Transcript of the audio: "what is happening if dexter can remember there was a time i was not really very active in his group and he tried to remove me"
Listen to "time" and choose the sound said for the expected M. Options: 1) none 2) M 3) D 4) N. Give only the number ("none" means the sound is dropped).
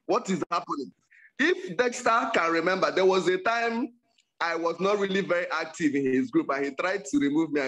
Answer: 2